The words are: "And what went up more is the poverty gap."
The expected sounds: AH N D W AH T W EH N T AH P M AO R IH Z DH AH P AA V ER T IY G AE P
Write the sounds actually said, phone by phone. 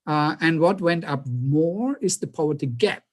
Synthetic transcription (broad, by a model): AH N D W AH T W EH N T AH P M AO R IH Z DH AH P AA ER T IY G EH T